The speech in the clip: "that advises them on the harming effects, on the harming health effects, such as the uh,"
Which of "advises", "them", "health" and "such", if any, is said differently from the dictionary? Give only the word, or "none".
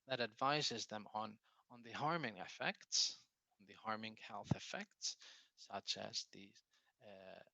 none